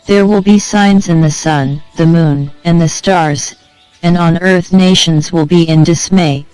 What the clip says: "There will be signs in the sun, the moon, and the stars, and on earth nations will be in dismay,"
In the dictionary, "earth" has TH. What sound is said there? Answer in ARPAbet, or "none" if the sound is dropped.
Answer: TH